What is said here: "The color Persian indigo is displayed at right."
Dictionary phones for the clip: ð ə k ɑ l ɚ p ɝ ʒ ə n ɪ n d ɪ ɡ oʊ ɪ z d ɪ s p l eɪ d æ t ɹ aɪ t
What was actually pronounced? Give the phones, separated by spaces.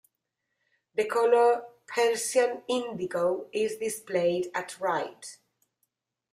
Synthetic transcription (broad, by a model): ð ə k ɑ l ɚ p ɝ s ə n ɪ n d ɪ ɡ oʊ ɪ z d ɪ s p l eɪ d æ t ɹ aɪ t